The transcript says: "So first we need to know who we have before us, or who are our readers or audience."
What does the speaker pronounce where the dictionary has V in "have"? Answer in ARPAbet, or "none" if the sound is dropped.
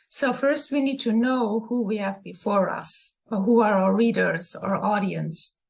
V